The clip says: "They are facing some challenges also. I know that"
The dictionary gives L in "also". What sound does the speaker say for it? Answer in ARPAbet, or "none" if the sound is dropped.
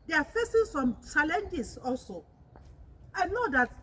L